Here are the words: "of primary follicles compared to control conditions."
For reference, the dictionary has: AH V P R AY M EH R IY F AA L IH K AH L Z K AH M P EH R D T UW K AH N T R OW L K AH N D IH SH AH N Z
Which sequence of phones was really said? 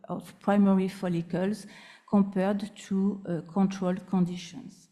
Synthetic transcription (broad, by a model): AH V P R AY M EH R IY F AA L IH K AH L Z K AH P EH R D T UW K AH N T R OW L K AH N D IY SH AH N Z